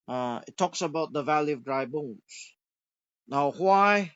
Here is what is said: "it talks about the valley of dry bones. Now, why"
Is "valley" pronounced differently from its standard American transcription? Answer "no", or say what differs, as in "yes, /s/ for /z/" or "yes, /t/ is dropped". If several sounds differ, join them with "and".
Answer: no